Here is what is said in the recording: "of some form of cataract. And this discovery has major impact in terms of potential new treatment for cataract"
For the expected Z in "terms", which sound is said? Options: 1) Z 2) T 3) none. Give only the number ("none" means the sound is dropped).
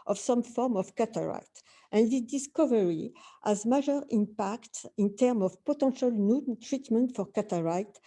3